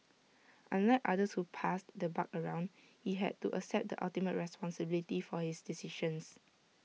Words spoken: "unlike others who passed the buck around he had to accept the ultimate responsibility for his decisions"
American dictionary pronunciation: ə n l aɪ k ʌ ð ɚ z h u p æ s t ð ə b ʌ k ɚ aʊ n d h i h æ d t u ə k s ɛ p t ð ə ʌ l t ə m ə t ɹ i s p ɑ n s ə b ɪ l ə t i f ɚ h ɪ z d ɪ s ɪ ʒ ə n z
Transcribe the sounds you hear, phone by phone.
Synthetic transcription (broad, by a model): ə n l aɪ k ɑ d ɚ s h u p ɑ s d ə b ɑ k ɚ aʊ n d h i h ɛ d t u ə s ɛ p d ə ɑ l t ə m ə t ɹ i s p ɑ n s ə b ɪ l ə t i f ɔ h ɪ s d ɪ s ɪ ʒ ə n s